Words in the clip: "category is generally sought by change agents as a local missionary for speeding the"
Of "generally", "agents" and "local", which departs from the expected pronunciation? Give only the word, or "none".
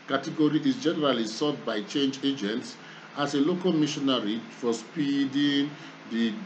none